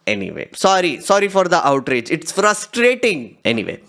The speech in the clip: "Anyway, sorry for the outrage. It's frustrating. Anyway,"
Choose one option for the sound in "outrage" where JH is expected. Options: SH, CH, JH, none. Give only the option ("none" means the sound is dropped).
JH